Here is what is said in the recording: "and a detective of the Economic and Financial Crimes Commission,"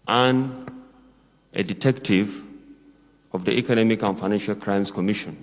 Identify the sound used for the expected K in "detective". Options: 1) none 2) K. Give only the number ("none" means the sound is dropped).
2